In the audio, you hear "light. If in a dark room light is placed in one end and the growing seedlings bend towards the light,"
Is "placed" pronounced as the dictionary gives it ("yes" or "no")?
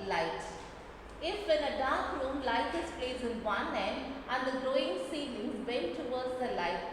no